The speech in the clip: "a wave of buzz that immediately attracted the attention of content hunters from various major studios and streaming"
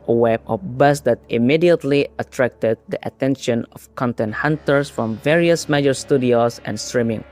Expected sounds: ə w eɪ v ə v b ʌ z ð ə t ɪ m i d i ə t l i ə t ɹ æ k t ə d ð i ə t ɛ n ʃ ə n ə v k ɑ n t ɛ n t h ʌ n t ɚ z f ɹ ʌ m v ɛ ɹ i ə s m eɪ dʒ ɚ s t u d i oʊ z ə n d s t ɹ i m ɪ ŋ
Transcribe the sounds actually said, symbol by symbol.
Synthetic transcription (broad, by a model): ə w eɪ b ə b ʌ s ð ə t ɪ m i d i ə t l i ə t ɹ æ k t ə d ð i ə t ɛ n ʃ ə n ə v k ɑ n t ɛ n t h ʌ n t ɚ s f ɹ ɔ m v ɛ ɹ i ə s m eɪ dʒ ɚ s t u d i oʊ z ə n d s t ɹ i m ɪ ŋ